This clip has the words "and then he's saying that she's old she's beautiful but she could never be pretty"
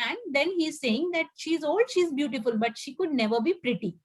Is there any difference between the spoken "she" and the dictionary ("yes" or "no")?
no